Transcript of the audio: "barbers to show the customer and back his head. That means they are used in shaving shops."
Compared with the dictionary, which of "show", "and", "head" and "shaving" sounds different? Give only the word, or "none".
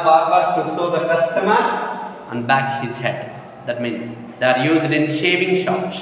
show